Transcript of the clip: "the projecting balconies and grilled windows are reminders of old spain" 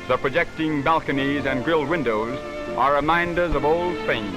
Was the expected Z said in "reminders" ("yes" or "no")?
yes